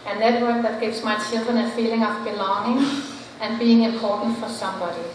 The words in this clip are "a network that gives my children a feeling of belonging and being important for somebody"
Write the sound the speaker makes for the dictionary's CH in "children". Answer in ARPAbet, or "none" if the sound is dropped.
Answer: S